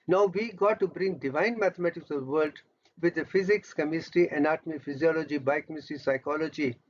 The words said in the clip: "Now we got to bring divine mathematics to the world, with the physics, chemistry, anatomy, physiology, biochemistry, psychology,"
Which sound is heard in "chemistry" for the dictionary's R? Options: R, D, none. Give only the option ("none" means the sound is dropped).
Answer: none